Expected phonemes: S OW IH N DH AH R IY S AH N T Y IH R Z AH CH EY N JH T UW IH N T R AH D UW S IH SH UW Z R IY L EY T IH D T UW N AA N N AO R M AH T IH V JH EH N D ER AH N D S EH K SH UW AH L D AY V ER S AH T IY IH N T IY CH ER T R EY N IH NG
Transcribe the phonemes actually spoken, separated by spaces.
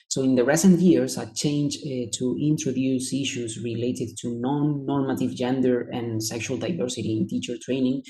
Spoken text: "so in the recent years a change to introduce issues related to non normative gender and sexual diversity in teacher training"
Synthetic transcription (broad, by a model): S OW IH N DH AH R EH S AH N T Y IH R S AH CH EY N JH T UW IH N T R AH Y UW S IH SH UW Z R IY L EY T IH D T UW N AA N N AO R M AH T IH V JH EH N D ER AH N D S EH K SH UW AH L D AY V ER S AH T IY IH N T IY CH ER T R EY N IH NG